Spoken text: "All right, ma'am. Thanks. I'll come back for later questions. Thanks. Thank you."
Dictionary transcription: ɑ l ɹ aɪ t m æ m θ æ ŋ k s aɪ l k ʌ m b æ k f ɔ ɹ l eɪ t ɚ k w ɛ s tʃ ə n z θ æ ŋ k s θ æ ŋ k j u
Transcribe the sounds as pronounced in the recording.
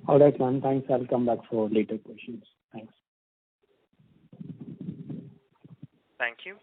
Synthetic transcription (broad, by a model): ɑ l ɹ aɪ t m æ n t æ ŋ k s aɪ l k ʌ m b æ k f ɔ ɹ l eɪ t ɚ k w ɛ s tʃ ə n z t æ ŋ k s t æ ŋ k j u